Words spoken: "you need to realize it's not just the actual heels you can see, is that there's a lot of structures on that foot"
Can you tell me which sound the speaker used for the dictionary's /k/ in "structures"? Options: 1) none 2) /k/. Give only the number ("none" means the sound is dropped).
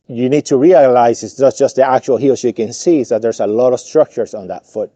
2